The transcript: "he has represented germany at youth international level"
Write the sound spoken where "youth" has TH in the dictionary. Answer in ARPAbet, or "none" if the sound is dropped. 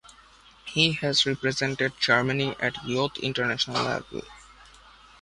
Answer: T